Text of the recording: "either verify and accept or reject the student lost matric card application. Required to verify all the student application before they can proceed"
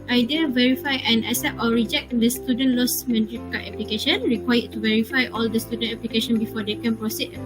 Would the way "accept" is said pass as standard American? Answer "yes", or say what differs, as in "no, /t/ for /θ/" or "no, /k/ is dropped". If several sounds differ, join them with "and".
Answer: no, /k/ is dropped